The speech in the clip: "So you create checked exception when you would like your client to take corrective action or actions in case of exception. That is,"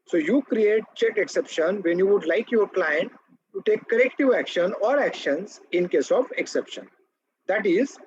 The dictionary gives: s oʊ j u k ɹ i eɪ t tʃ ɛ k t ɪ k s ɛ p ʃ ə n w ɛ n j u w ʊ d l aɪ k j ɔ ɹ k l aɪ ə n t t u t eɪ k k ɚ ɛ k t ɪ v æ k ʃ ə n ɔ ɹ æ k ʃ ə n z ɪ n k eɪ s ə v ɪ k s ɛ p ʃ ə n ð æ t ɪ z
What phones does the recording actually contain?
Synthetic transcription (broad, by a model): s oʊ j u k ɹ i eɪ t tʃ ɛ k ɪ k s ɛ p ʃ ə n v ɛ n j u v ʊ d l aɪ k j ɔ ɹ k l aɪ ə n t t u t eɪ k k ɚ ɛ k t ɪ v æ k ʃ ə n ɔ ɹ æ k ʃ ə n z ɪ n k eɪ s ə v ɪ k s ɛ p ʃ ə n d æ t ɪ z